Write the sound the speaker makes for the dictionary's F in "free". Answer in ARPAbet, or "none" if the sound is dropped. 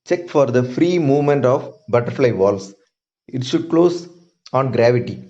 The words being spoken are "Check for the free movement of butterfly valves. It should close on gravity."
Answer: F